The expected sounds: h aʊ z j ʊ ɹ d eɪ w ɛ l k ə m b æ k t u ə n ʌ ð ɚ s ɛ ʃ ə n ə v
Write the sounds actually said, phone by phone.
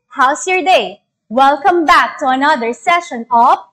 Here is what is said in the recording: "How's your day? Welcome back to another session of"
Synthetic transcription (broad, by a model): h aʊ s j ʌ ɹ d eɪ w ɛ l k ə m b æ k t u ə n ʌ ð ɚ s ɛ ʃ ə n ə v